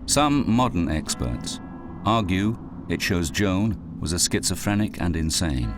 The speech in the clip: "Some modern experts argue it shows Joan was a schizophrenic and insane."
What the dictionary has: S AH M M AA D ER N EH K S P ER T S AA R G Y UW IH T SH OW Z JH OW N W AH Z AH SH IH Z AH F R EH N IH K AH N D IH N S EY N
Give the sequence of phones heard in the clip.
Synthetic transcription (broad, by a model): S AH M M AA D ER N EH K S P ER T S AA R G Y UW IH T SH OW Z JH OW N W AH Z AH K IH S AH F R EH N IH K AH N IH N S EY N